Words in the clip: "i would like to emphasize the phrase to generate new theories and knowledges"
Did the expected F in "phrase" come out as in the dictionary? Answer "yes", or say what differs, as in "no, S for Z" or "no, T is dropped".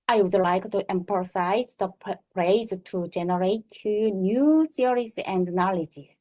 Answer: no, P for F